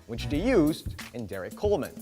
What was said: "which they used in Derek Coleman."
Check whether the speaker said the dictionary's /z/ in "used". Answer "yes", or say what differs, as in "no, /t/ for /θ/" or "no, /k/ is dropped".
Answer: yes